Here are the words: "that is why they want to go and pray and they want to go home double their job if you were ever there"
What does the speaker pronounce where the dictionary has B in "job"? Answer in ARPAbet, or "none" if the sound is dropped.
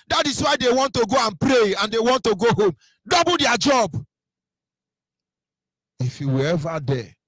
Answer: B